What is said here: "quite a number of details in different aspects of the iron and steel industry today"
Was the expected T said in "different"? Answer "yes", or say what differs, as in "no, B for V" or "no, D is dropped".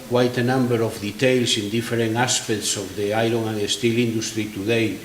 no, T is dropped